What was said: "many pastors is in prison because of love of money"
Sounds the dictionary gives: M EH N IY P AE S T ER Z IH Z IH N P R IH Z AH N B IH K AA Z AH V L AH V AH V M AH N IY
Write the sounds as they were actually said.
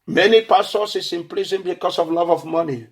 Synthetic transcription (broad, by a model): M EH N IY P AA S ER S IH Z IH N P L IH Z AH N B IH K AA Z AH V L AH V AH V M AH N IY